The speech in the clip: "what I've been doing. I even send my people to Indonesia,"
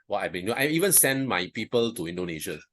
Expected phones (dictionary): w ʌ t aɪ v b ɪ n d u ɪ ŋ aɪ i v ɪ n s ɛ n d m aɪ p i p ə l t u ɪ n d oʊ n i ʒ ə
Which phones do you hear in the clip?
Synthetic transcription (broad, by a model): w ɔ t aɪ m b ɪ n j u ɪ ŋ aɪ i v ɪ n s ɛ n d m aɪ p i p ə l t u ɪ n d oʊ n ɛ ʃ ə